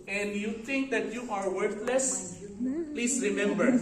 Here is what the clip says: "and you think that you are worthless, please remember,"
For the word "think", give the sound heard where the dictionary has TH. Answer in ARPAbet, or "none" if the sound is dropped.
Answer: T